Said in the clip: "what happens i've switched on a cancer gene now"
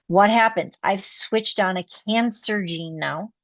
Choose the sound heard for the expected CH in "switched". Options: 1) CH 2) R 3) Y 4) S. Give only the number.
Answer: 1